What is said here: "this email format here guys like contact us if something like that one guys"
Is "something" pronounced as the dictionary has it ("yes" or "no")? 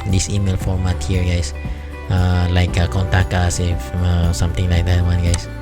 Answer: no